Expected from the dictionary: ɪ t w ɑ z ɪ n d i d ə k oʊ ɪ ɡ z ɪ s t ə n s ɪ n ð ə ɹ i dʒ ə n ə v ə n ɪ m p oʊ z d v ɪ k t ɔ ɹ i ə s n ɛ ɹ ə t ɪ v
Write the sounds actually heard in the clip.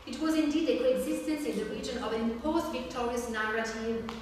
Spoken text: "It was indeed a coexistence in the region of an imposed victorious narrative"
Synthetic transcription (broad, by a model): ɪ t w ɑ z ɪ n d i d ə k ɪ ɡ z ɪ s t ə n s ɪ n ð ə ɹ i dʒ ə n ə v ə n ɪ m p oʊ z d v ɪ k t ɔ ɹ i ə s n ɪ ɹ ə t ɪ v